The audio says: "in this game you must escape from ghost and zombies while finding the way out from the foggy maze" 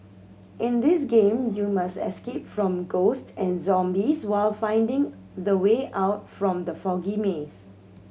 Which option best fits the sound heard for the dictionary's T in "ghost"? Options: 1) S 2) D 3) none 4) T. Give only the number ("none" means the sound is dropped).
4